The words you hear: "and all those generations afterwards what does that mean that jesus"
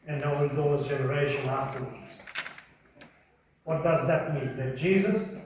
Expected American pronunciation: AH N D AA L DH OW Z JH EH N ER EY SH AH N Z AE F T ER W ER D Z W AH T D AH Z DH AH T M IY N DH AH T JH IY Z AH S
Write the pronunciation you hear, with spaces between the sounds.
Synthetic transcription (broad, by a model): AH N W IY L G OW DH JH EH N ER EY SH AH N AE F T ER W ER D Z W AH T D AH Z DH AH T M IY N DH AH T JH IY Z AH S